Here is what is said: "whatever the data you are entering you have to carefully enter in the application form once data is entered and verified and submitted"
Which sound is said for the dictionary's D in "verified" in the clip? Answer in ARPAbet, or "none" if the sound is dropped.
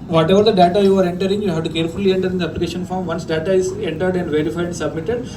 none